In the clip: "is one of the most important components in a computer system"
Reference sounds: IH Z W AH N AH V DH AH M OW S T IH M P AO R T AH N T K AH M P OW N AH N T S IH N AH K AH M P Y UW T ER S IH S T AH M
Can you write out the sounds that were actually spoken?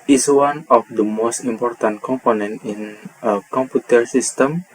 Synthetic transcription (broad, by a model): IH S W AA N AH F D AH M OW S T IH M P AO R T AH N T K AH M P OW N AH N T IH N AH K AH M P Y UW T ER S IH S T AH M